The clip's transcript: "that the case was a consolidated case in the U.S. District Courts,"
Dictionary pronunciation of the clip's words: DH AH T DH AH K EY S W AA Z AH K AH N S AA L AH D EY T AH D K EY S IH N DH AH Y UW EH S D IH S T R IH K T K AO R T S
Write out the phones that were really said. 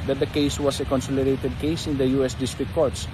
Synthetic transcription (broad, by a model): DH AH T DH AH K EY S W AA S AH K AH N S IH L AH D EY T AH D K EY S IH N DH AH Y UW EH S D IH S T R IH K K AO R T S